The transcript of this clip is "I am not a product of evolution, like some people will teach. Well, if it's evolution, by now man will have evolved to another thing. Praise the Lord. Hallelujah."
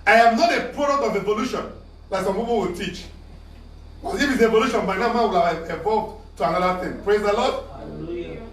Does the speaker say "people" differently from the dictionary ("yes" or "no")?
yes